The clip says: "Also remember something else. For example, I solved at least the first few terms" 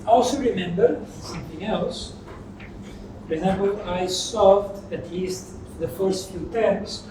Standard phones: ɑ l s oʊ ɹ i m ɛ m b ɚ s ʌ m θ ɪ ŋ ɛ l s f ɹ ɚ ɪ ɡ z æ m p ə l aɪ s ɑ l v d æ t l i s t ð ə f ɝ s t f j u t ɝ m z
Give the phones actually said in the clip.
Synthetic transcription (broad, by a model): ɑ l s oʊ ɹ i m ɛ m b ɚ s ʌ m θ ɪ ŋ ɛ l s p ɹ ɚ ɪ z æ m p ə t aɪ s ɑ v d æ t l i s t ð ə f ɝ s t f j u t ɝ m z